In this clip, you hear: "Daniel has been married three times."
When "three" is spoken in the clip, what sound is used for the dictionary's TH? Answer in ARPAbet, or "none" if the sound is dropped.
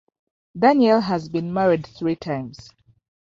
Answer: TH